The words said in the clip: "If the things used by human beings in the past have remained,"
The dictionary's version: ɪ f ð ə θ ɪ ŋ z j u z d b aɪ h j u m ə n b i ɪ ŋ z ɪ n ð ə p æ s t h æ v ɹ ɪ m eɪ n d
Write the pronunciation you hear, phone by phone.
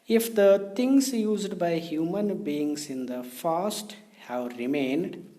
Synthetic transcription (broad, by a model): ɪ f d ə t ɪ ŋ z j u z d b aɪ h j u m ə n b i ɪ ŋ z ɪ n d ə f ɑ s t h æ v ɹ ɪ m eɪ n d